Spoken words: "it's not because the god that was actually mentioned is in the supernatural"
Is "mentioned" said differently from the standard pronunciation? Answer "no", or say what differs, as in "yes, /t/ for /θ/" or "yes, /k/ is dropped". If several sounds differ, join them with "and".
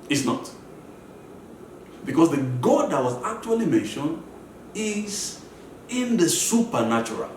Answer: no